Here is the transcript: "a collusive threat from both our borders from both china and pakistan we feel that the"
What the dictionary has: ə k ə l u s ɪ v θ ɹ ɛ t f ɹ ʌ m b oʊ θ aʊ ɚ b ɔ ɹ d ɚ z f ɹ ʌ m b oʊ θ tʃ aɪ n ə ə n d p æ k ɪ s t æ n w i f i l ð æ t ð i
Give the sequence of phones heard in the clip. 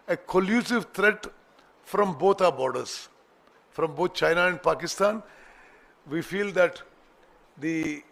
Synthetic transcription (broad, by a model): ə k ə l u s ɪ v t ɹ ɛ t f ɹ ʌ m b oʊ t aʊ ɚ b ɔ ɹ d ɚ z f ɹ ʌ m b oʊ t tʃ aɪ n ə ə n d p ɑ k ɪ s t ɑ n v i f i l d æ t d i